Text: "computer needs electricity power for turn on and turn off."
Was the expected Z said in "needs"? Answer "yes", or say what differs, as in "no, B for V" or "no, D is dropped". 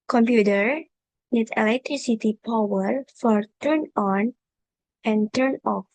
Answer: no, Z is dropped